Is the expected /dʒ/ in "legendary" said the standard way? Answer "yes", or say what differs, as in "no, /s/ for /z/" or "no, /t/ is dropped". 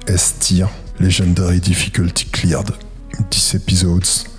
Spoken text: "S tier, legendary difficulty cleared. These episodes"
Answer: no, /ʒ/ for /dʒ/